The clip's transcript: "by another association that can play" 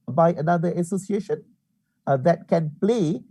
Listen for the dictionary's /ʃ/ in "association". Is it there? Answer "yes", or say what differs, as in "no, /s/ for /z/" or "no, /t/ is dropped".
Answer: yes